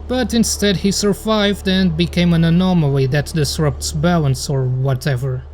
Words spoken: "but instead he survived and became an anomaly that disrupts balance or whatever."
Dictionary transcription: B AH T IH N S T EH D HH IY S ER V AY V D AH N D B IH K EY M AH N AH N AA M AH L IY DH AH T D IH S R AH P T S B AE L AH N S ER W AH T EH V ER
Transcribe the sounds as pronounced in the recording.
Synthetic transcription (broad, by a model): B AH T IH N S T EH D HH IY S ER V AY V D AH N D B IH K EY M AH N AH N AA M AH L IY DH AH T D IH S R AH P T S B AE L AH N S ER W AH T EH V ER